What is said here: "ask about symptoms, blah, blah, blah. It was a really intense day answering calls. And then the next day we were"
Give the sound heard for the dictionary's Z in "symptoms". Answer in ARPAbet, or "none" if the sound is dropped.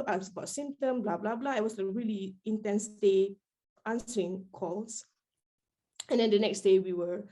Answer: none